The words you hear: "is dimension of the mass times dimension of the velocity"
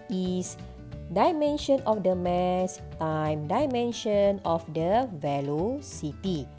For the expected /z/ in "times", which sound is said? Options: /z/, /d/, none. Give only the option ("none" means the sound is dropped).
none